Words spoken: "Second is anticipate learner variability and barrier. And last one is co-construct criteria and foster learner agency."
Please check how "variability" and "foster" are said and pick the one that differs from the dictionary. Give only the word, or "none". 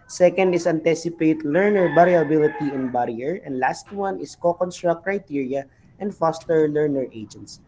variability